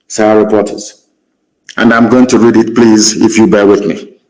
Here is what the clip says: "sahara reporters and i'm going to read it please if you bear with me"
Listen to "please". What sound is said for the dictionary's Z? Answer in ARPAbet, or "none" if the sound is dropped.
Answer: Z